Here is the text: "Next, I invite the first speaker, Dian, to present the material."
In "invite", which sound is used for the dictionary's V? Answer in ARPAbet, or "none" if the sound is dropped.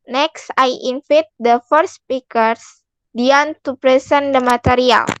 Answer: F